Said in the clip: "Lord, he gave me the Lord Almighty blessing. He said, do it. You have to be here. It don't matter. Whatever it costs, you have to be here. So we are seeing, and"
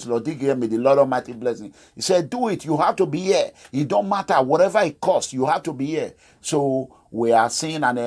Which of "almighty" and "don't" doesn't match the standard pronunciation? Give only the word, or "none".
almighty